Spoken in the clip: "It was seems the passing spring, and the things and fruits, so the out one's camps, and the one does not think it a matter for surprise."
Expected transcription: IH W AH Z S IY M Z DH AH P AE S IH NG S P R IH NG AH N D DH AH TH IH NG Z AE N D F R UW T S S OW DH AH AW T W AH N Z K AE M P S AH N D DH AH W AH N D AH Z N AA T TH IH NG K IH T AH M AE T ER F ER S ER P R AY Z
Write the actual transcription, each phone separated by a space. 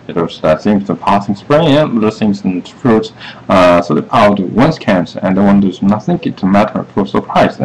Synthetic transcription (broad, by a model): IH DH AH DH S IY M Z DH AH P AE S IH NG S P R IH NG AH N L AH S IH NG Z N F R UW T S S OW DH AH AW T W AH N S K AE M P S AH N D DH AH W AH N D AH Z N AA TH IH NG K IH T AH M AE T ER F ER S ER P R AY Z